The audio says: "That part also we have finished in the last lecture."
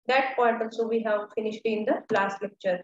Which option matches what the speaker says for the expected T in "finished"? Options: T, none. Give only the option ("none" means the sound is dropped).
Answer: T